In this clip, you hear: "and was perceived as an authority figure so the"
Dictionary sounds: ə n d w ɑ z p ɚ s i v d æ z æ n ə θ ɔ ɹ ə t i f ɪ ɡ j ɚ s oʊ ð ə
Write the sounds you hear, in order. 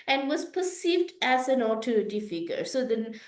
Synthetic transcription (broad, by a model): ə n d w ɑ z p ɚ s i v d æ z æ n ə t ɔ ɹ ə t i f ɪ ɡ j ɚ s oʊ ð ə